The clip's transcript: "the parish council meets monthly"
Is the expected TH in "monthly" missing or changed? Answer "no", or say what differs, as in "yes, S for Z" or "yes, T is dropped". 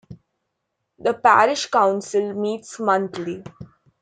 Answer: yes, T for TH